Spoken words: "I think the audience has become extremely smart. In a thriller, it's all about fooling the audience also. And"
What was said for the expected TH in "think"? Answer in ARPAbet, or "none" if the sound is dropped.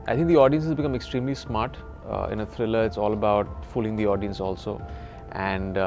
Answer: T